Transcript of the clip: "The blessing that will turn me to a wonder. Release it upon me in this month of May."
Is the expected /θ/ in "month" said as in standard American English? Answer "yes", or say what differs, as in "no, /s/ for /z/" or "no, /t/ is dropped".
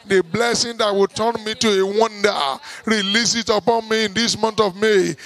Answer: no, /t/ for /θ/